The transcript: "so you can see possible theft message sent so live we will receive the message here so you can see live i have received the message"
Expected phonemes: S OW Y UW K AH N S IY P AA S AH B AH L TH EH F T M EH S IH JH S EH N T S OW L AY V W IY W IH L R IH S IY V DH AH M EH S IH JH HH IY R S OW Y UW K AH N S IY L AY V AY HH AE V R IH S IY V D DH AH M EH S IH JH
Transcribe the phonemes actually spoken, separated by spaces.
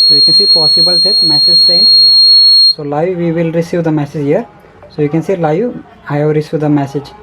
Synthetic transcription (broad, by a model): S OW Y UW K AH N S IY P AA S AH B AH L T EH T M EH S IH JH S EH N S OW L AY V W IY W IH L R IH S IY V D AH M EH S IH JH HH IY R S OW Y UW K AH N S IY L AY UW AY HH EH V R IH S IY V D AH M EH S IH JH